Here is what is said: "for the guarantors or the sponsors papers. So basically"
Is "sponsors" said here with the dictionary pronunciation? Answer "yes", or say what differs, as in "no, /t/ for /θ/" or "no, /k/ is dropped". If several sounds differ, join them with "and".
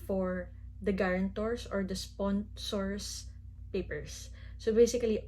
no, /s/ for /z/